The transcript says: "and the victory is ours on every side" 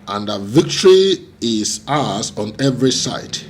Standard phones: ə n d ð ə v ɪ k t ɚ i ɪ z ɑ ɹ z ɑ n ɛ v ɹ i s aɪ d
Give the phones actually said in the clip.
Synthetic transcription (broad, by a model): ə n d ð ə v ɪ k t ɚ i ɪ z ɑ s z ɑ n ɛ v ɹ i s aɪ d